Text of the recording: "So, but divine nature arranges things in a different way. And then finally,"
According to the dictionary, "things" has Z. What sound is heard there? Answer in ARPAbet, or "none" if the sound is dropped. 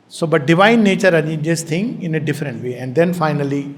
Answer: none